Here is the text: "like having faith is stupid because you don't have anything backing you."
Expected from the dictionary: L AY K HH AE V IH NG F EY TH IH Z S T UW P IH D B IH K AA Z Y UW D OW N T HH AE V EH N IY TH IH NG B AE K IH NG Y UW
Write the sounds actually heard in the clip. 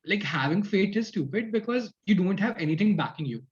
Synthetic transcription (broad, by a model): L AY K HH AE V IH NG F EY T IH Z S T UW P IH D B IH K AA Z Y UW D OW N T HH AE V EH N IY T IH NG B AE K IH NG Y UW